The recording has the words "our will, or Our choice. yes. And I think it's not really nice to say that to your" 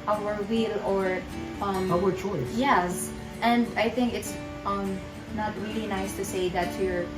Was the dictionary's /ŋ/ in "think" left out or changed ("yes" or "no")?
no